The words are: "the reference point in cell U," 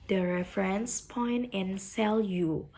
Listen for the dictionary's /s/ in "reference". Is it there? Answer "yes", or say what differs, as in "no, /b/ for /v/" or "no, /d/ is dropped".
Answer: yes